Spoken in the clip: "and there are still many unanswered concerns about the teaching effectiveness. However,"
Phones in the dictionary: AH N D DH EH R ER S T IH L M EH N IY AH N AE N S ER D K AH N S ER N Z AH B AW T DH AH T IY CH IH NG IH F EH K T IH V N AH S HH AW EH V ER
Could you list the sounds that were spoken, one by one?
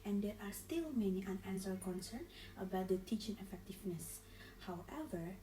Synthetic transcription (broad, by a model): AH N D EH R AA S T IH L M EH N IY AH N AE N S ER K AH N S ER N AH B AW T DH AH T IY CH IH NG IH F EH K T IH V N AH S HH AW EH V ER